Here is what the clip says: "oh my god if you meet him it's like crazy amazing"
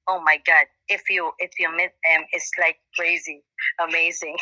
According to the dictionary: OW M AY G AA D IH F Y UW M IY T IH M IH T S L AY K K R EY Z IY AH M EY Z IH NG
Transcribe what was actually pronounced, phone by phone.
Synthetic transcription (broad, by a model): OW M AY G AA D IH F Y UW M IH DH IH M IH T S L AY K K R EY Z IY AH M EY Z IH NG